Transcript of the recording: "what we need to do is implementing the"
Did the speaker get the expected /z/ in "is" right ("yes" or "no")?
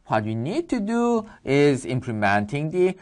yes